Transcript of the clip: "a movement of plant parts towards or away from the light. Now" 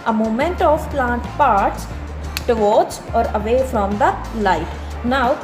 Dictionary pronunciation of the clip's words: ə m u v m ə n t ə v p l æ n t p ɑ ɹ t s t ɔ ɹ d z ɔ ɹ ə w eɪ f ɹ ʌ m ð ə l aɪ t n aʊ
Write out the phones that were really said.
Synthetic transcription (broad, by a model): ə m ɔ m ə n t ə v p l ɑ n t p ɑ ɹ t s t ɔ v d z ɔ ɹ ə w eɪ f ɹ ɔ m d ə l aɪ t n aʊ